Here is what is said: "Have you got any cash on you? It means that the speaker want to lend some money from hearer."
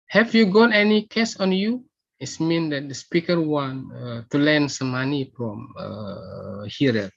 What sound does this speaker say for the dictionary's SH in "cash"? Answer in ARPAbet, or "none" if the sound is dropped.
S